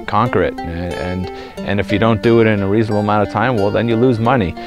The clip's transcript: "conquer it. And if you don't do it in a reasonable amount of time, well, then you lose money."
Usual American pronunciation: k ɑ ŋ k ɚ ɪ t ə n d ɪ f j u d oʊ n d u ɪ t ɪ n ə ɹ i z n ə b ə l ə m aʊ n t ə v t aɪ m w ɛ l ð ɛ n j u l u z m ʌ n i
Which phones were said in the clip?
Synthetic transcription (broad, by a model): k ɑ ŋ k ɚ ɪ t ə n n ɪ f j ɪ d oʊ n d ɪ t ɪ n ə ɹ i z n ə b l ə m aʊ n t ə v t aɪ m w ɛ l ð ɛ n j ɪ l u z m ʌ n i